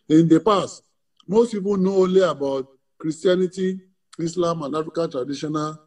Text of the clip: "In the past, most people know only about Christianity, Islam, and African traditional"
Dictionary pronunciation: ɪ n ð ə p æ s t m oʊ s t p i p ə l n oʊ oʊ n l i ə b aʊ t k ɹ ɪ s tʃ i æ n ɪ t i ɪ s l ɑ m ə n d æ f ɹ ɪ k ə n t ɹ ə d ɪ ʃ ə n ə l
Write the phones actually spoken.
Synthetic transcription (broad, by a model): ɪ n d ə p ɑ s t m oʊ s t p i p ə n oʊ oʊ l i ə b aʊ t k ɹ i s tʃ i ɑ n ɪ t i ɪ s l ɑ m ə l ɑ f ɪ k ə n t ɹ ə d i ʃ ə n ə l